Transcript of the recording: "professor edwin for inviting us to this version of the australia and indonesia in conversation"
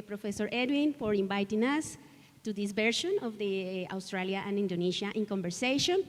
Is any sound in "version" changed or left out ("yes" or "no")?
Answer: yes